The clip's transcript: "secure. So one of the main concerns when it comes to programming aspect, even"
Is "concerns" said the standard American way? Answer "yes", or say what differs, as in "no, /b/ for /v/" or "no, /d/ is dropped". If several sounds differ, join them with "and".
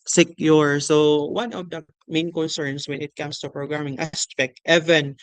no, /s/ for /z/